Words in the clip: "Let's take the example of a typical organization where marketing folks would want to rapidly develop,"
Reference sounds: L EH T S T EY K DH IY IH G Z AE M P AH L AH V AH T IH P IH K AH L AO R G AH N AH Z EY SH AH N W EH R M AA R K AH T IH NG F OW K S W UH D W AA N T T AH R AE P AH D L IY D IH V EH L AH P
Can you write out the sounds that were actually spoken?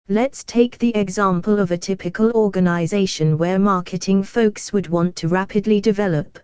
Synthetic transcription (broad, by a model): L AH T S T EY K DH IY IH G Z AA M P AH L AH V AH T IH P IH K AH L AO G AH N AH Z EY SH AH N W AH M AA K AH T IH NG F OW K S W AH D W AA N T T AH R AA P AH D L IY D IH V EH L AH P